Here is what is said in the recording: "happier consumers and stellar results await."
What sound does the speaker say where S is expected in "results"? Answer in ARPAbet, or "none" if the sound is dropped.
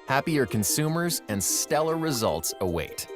S